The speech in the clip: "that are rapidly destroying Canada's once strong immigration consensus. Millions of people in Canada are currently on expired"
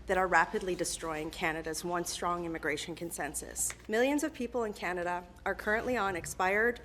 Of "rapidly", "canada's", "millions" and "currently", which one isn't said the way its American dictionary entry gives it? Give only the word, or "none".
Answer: none